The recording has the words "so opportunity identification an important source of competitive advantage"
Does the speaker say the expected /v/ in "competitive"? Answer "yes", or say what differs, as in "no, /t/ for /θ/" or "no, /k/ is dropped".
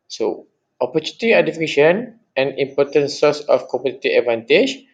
no, /v/ is dropped